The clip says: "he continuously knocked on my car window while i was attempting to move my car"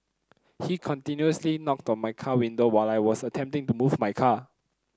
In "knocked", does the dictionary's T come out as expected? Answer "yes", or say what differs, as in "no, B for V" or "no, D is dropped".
yes